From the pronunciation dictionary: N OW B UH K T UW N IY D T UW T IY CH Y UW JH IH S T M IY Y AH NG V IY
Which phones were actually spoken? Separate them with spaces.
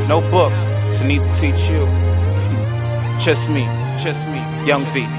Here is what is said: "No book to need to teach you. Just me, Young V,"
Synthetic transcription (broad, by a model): N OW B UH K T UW N IY D T UW T IY CH Y UW CH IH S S M IY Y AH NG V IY